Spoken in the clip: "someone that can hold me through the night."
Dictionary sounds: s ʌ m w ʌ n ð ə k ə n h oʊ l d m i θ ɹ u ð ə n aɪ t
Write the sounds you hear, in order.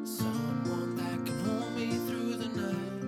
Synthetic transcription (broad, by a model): s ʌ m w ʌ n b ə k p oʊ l m i θ ɹ u ð ə n aɪ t